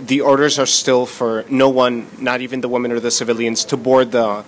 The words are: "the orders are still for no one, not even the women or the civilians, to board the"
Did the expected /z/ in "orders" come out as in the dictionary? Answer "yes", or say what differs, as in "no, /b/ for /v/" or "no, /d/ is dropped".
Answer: yes